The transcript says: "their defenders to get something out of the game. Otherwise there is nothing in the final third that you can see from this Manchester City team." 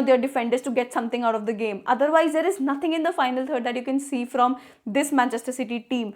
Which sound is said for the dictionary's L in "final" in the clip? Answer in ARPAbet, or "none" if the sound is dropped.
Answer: L